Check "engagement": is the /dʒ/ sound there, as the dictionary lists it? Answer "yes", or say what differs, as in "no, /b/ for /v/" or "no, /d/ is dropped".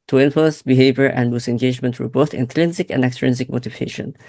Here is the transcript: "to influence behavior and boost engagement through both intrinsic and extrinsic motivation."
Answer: yes